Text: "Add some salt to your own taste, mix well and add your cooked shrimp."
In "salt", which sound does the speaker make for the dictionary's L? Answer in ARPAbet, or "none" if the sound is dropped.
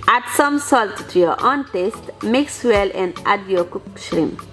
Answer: L